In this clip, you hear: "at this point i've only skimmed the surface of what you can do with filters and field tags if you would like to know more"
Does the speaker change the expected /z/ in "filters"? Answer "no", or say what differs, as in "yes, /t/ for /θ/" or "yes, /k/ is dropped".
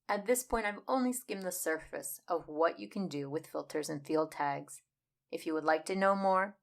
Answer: no